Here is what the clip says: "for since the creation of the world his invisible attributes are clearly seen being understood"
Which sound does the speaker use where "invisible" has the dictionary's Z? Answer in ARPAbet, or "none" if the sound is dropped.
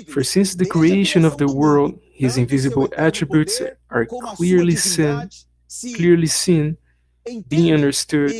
Z